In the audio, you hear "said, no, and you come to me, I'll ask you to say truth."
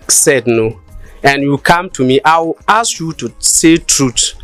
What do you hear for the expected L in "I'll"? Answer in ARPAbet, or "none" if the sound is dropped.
W